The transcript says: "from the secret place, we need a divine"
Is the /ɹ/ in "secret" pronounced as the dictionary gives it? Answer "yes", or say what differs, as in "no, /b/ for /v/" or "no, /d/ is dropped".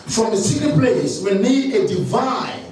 no, /ɹ/ is dropped